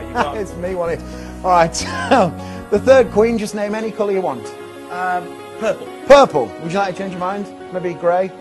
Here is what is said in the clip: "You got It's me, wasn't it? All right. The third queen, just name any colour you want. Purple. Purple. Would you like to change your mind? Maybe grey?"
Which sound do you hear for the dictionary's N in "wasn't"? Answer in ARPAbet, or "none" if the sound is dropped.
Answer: none